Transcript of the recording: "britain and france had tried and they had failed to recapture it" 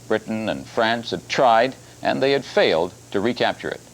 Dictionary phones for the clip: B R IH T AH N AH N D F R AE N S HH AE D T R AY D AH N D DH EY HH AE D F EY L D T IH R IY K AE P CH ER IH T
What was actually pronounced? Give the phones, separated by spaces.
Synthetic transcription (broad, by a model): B R IH T N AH N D F R AE N S HH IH D T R AY D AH N DH EY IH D F EY L D T IH R IY K AE P CH ER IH T